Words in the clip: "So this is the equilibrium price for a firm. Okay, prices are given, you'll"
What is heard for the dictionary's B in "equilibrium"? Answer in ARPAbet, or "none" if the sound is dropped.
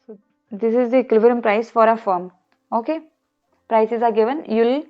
none